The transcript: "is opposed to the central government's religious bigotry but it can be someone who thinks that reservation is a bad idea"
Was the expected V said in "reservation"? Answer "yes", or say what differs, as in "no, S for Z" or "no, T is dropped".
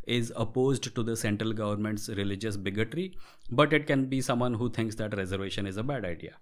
yes